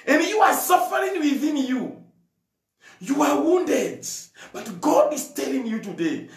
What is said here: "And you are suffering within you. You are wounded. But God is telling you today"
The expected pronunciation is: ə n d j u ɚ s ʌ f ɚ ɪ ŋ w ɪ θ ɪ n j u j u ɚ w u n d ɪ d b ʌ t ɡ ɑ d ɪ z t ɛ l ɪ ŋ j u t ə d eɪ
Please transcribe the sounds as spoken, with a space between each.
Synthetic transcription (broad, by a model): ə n j u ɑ s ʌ f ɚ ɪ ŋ w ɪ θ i n j u j u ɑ w u n d ɪ d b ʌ t ɡ ɑ d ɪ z t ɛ l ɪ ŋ j u t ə d eɪ